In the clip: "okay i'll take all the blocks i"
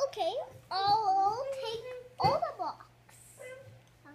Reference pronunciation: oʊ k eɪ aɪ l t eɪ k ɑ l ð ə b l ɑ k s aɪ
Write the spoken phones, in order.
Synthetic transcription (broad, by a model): oʊ k eɪ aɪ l t eɪ k ɑ l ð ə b ɑ k s